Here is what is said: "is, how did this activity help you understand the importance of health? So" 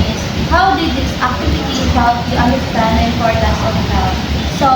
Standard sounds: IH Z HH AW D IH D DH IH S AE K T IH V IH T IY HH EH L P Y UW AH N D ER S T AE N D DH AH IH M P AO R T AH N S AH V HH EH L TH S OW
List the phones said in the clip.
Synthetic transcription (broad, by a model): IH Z HH AW D IH D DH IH S AE K T IH V IH T IY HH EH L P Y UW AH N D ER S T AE N D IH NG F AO R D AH S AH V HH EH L S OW